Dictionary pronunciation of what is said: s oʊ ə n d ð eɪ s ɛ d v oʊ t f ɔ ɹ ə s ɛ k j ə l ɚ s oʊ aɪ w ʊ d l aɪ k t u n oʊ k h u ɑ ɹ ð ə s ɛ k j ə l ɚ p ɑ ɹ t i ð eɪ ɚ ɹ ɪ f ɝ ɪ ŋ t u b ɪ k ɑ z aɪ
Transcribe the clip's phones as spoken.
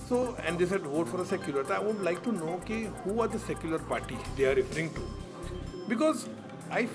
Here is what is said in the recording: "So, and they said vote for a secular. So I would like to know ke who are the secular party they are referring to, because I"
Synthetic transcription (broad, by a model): s oʊ ə n d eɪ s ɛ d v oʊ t f ɔ ɹ ə s ɛ k j ə l ɚ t aɪ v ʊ d l aɪ k t u n oʊ k h u ɑ ɹ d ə s ɛ k j ə l ɚ p ɑ ɹ t i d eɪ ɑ ɹ ɪ f ɝ ɪ ŋ t u b ɪ k ɑ z aɪ